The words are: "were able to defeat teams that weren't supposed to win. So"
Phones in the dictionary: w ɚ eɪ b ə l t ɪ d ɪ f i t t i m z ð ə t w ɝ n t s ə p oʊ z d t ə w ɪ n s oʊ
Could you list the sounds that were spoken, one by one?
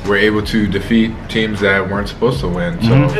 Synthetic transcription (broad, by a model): w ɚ eɪ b l t ɪ d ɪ f i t t i m z ð ə t w ɝ n t s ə p oʊ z t ə w ɪ n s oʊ